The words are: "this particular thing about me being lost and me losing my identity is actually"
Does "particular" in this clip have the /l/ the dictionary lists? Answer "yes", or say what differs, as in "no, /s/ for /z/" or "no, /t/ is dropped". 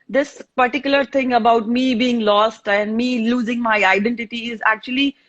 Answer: yes